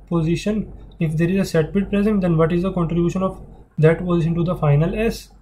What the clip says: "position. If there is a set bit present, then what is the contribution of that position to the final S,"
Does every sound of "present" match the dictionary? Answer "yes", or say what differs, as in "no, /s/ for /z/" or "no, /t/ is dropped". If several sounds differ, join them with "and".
yes